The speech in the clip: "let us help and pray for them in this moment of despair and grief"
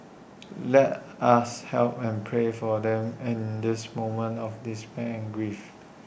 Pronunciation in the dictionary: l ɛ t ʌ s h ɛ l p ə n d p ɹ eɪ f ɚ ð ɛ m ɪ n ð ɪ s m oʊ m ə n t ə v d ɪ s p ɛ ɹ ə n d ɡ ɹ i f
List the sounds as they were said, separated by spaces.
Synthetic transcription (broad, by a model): l ɛ t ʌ s h ɛ l p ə n p ɹ eɪ f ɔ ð ɛ m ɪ n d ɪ s m oʊ m ə n t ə f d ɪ s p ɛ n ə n ɡ ɹ i f